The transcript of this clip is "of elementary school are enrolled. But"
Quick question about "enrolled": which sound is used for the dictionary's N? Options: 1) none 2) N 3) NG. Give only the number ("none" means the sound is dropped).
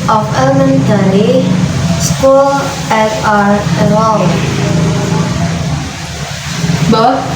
1